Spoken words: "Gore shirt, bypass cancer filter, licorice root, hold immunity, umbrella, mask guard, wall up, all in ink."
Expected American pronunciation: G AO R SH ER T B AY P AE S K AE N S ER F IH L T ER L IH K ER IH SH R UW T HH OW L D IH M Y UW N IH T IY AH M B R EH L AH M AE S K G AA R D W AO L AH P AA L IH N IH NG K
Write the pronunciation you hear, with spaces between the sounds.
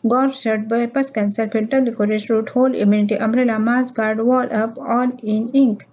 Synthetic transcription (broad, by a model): G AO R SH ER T B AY P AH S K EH N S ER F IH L T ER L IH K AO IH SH R UW T HH OW L IH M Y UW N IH T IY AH M R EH L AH M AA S G AA R D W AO L AH P AA L IH N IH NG K